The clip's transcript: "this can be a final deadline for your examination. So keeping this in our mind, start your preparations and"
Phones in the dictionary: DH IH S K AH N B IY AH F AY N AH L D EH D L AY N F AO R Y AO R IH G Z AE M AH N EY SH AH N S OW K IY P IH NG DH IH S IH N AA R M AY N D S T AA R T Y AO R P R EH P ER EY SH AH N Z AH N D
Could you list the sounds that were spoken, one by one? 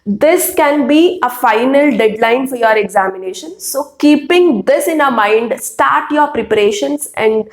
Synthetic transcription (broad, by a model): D IH S K AH N B IY AH F AY N AH L D EH D L AY N F AO R Y AO R IH G Z AE M AH N EY SH AH N S OW K IY P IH NG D IH S IH N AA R M AY N D S T AA R T Y AO R P R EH P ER EY SH AH N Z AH N D